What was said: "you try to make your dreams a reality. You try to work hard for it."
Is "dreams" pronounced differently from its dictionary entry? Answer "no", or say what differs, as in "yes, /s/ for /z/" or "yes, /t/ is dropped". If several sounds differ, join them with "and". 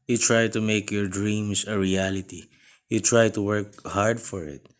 yes, /s/ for /z/